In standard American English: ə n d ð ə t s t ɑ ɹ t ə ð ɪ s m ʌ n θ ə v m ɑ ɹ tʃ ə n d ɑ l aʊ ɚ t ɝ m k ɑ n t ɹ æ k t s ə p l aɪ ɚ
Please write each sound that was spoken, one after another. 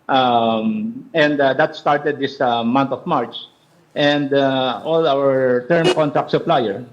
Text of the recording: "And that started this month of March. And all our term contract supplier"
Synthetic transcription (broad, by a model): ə n d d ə t s t ɑ ɹ t ə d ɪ s m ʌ n t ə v m ɑ ɹ tʃ ə n d ɑ l aʊ ɚ t ɝ m k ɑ n t ɹ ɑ k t s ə p l aɪ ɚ